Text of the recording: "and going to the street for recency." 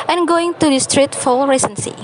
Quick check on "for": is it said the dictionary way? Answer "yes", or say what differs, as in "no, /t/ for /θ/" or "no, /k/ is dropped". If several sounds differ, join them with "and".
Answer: no, /l/ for /ɹ/